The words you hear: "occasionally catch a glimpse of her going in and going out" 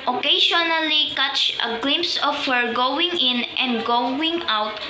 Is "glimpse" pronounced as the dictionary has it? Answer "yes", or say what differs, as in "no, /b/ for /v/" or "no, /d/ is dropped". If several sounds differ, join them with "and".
yes